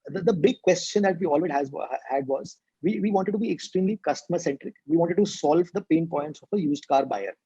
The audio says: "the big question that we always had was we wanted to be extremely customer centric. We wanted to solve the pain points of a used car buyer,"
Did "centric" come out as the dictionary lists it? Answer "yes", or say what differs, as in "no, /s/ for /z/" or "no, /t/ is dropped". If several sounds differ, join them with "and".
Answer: yes